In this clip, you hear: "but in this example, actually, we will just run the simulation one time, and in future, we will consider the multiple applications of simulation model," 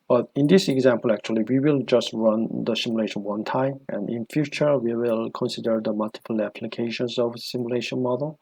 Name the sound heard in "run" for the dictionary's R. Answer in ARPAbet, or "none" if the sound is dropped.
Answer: R